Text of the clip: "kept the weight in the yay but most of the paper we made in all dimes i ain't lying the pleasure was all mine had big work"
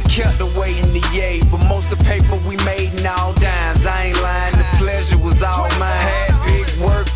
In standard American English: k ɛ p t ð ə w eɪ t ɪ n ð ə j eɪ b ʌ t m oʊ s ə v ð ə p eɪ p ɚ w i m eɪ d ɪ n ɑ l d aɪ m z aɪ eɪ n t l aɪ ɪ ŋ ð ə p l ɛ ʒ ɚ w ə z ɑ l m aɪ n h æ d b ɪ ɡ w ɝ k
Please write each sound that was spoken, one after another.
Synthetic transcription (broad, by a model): k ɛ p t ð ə w eɪ ɪ n ð ə j eɪ b ʌ t m oʊ ə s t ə p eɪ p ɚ w i m eɪ d n ɑ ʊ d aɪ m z aɪ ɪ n l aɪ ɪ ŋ ð ə p l ɛ ʒ ɚ w ə z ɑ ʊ m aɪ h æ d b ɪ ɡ w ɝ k